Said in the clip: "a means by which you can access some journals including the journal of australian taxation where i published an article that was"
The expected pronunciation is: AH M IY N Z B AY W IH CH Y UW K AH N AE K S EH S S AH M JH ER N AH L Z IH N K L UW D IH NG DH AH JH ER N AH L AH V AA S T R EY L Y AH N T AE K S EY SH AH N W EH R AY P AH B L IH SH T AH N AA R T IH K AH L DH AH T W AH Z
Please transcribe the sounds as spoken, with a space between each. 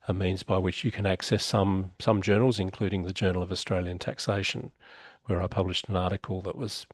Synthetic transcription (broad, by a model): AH M IY N Z B AY W IH CH Y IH K AH N AE K S EH S S AH M JH ER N L Z IH N K L UW D IH NG DH AH JH ER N L AH V AA S T R EY L Y AH N T AE K S EY SH AH N W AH R AY P AH B L IH SH T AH N AA R T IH K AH L DH AH T W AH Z